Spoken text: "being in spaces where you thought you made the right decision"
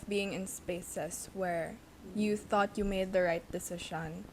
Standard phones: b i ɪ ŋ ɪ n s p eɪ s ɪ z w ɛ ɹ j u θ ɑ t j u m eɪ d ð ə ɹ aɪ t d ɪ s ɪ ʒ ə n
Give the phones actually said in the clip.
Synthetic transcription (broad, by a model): b i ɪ ŋ ɪ n s p eɪ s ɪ s w ɛ ɹ j u θ ɑ t j u m eɪ d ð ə ɹ aɪ t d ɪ s ɪ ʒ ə n